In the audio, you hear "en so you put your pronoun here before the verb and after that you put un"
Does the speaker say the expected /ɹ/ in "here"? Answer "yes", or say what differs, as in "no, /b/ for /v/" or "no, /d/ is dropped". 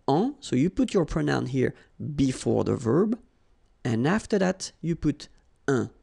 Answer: yes